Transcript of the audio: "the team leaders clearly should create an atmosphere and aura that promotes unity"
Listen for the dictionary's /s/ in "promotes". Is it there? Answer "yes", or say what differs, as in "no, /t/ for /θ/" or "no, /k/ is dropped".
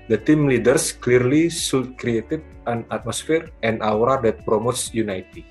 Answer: yes